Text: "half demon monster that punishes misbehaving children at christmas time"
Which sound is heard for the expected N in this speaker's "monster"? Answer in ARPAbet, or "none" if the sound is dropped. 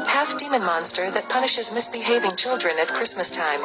N